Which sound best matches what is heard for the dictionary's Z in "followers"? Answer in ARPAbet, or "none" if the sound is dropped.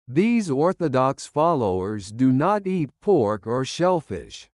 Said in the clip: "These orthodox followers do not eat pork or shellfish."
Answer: Z